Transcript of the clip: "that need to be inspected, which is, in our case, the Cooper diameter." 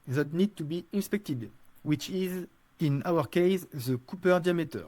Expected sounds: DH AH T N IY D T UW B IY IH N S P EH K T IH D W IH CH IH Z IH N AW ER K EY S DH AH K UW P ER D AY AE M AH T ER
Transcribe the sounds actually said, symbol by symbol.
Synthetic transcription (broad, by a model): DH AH T N IY D T UW B IY IH N S P EH K T IH D W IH CH IH Z IH N AW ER K EY S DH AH K UW P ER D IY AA M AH T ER